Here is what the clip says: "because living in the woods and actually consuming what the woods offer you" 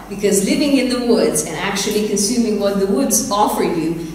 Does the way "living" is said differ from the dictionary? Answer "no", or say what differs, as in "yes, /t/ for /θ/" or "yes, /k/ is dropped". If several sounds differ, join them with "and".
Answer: no